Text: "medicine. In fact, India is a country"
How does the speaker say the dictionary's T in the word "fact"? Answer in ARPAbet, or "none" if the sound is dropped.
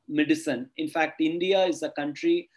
T